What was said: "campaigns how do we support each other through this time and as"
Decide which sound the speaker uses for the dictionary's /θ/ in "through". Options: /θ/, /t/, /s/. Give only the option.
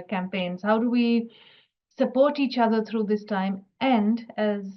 /t/